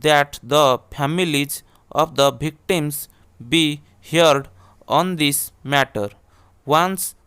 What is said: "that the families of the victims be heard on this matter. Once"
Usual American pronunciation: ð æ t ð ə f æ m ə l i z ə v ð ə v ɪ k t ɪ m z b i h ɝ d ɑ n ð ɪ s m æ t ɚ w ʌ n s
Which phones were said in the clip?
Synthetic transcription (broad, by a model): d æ t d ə p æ m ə l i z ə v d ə b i k t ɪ m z b i h ɝ d ɑ n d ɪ s m æ t ɚ w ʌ n s